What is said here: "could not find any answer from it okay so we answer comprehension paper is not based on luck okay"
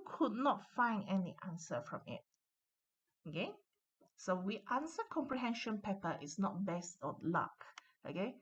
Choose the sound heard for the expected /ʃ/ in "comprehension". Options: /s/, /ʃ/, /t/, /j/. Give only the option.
/ʃ/